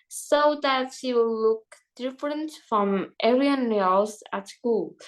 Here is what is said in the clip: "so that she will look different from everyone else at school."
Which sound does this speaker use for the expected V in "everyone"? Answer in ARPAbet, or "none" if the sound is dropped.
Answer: none